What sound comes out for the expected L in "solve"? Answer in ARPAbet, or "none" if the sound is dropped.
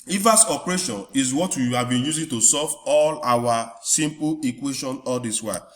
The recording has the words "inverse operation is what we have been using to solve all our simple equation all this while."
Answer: none